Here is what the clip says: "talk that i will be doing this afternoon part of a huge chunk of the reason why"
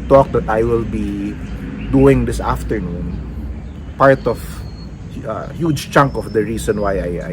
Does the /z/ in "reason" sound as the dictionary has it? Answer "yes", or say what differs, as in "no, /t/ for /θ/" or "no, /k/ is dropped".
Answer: no, /s/ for /z/